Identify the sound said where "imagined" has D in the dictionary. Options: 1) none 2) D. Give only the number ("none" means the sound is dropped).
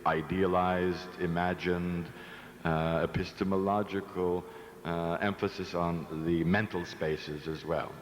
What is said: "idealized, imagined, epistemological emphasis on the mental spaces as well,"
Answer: 2